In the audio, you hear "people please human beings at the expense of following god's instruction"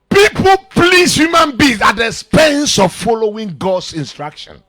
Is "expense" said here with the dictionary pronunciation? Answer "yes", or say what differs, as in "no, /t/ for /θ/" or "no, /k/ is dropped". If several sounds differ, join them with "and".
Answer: no, /k/ is dropped